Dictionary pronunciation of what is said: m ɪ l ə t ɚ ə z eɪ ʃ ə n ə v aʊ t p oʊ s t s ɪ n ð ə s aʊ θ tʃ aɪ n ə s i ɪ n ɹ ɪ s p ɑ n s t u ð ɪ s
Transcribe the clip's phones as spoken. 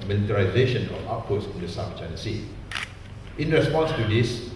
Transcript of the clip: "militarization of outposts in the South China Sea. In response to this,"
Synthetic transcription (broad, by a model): m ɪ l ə t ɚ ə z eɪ ʃ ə n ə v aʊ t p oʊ t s ɪ n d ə s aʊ f tʃ aɪ n ə s i ɪ n ɹ ɪ s p ɑ n s t u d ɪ s